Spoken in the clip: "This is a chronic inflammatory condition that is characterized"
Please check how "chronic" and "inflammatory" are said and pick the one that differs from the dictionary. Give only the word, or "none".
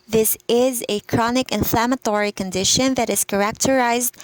none